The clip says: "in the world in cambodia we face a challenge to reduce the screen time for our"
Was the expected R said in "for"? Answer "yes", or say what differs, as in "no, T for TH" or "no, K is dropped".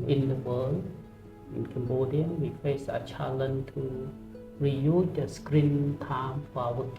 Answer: no, W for R